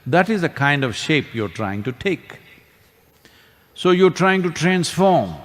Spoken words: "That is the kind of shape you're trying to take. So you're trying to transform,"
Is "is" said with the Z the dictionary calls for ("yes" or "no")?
yes